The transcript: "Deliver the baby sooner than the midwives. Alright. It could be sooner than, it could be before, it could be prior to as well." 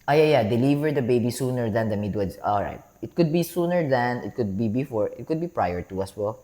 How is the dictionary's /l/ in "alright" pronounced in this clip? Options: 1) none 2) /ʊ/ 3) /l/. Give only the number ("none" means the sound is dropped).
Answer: 3